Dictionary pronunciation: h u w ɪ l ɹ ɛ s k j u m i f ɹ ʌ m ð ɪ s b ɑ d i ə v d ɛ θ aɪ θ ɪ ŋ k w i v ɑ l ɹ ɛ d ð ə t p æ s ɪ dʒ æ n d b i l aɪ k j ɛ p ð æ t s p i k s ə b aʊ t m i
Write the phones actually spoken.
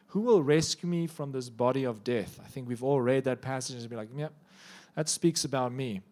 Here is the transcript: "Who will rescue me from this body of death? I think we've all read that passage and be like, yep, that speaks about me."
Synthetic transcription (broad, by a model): h u w ɪ l ɹ ɛ s k j u m i f ɹ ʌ m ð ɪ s b ɑ d i ə v d ɛ θ aɪ θ ɪ ŋ k w i v ɑ l ɹ ɛ d ð ə t p æ s ɪ dʒ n b i l aɪ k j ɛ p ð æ t s p i k s ə b aʊ t m i